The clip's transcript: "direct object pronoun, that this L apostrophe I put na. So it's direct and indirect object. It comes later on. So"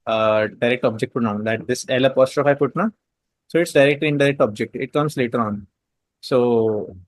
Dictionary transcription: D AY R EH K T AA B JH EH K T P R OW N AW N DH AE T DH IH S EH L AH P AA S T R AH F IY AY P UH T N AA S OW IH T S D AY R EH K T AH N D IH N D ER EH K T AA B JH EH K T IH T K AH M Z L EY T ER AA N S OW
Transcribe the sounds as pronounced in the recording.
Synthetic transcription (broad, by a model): D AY R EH K T AA B JH EH K T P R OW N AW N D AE T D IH S EH L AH P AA S T R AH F AY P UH T N AA S OW IH T S D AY R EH K T AH N D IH D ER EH K T AA B JH EH K T IH T K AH M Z L EY T ER AA N S OW